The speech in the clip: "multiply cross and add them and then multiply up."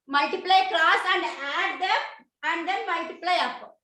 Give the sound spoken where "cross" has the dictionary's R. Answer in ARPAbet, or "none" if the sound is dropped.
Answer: L